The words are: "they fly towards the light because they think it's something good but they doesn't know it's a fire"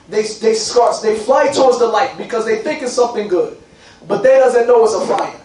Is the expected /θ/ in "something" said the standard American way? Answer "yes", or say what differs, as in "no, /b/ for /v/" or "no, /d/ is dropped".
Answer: yes